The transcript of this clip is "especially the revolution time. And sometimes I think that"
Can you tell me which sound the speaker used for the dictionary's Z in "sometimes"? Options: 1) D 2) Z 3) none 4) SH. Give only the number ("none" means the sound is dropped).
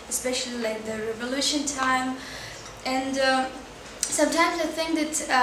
2